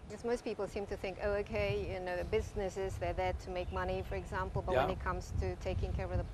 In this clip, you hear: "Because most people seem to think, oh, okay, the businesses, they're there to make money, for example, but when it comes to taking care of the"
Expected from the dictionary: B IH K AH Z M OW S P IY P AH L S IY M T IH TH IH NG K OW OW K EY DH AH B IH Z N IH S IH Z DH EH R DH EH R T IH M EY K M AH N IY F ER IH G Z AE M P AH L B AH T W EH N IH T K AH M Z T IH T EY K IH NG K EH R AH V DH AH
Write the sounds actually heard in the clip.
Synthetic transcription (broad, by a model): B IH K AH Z M OW S P IY P L S IY M T IH TH IH NG K OW OW K EY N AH B IH Z N IH S IH Z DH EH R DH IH T IH M EY K M AH N IY F ER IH G Z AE M P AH L B AH T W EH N IH T K AH M Z T IH T EY K IH NG K EH R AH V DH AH